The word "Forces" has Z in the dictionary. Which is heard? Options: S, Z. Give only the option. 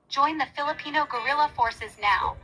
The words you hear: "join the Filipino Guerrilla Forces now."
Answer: Z